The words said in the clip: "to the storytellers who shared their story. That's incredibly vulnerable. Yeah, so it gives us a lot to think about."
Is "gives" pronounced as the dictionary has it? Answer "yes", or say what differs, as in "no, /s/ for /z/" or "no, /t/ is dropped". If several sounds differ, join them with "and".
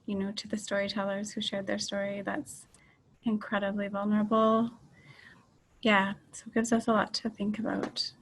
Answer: yes